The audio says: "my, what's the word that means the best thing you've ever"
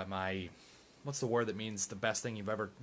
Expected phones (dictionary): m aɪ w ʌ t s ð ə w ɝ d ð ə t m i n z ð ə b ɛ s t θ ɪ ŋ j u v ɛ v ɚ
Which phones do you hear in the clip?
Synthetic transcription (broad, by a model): m aɪ w ʌ t s ð ə w ɝ d ð ə t m i n z ð ə b ɛ s t θ ɪ ŋ j u v ɛ v ɚ